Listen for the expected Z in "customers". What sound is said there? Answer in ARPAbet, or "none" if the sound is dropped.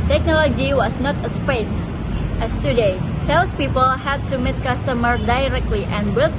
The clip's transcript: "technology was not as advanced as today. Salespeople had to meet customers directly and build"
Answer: none